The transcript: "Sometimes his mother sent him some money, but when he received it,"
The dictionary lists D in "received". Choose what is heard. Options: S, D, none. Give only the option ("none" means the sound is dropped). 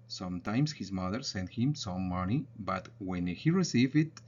none